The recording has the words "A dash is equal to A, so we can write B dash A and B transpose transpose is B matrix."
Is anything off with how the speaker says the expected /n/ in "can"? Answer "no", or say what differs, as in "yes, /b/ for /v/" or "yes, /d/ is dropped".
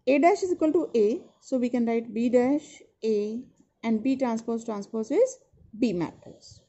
no